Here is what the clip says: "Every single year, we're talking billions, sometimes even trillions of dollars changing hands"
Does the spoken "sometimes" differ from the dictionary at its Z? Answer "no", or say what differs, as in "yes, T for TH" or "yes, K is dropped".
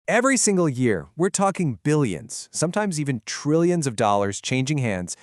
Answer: no